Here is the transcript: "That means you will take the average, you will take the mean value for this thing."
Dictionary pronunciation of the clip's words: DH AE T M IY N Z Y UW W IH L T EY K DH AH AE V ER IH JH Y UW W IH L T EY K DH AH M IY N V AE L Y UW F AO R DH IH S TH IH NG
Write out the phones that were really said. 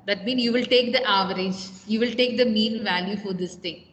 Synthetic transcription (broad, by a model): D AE T M IY N Y UW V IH L T EY K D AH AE V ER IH JH Y UW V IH L T EY K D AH M IY N V AE L Y UW F AO R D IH S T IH NG